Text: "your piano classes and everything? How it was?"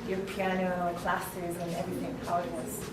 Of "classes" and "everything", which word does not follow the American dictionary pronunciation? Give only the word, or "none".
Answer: none